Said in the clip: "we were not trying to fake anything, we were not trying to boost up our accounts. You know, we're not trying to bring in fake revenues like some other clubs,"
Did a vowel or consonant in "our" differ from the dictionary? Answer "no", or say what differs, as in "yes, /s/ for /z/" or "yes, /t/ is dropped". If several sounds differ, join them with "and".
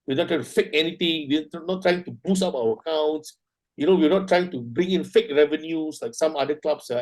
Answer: yes, /w/ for /ɹ/